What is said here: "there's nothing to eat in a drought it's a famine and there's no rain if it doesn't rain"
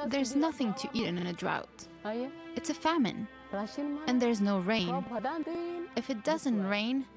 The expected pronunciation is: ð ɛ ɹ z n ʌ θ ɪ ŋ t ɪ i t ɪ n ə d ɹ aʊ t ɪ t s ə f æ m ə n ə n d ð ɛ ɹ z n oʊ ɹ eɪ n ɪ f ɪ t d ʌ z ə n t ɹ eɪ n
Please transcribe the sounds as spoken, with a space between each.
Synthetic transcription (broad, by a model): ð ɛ ɹ z n ʌ θ ɪ ŋ t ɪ i t ɪ n ə d ɹ aʊ t ɪ t s ə f æ m ə n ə n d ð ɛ ɹ z n oʊ ɹ eɪ n ɪ f ɪ t d ʌ z ə n t ɹ eɪ n